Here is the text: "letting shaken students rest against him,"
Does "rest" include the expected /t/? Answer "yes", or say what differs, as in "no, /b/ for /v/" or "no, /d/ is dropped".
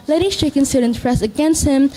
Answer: no, /t/ is dropped